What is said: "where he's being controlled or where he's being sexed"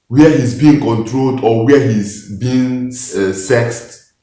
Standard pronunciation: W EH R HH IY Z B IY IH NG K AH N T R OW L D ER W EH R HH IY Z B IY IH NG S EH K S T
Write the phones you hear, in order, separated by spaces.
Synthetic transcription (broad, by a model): W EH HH IY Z B IY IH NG K AH N T R OW L D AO W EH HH IY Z B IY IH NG S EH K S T